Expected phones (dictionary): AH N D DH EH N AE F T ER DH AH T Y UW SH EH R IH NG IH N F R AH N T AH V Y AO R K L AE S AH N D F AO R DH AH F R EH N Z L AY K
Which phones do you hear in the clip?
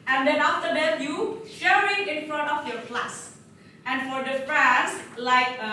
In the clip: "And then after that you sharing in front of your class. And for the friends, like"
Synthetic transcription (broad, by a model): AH N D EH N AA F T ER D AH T Y UW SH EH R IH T IH N F R AH N T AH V Y AO R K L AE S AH N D F AO R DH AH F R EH N S L AY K